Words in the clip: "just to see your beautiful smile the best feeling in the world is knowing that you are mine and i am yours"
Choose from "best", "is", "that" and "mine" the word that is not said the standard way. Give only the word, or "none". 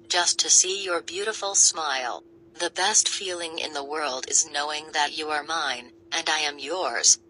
none